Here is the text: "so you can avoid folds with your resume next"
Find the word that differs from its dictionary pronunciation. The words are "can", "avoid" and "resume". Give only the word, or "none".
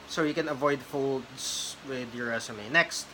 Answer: resume